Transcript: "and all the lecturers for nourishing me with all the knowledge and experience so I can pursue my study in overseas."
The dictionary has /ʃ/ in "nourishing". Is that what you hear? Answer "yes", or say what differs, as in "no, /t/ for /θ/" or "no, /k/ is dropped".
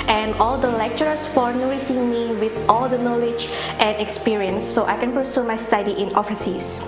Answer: no, /s/ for /ʃ/